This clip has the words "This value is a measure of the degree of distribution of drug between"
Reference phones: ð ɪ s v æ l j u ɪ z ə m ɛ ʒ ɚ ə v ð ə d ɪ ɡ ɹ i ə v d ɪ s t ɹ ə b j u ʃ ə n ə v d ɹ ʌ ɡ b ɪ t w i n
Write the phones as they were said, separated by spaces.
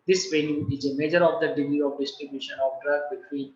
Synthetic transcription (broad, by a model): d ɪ s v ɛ n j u ɪ z ə m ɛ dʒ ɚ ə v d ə d ɪ ɡ ɹ i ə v d ɪ s t ɹ ə b j u ʃ ə n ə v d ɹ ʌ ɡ b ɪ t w i n